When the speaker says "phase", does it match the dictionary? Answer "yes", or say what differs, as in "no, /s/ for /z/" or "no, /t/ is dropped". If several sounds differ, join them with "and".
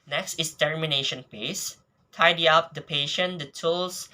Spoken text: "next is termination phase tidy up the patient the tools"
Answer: no, /p/ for /f/ and /s/ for /z/